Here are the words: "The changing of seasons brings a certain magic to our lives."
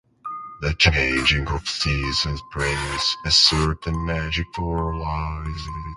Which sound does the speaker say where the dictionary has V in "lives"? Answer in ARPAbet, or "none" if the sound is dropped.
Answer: none